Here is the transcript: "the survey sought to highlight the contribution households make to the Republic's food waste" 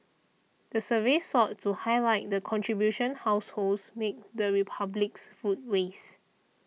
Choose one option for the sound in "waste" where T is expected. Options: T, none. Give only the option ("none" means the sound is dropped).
none